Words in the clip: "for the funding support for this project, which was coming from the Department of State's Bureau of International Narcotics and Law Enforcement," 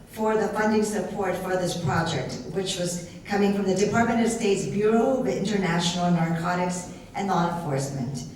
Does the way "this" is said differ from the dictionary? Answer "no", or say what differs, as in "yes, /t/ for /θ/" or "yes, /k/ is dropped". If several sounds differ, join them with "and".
no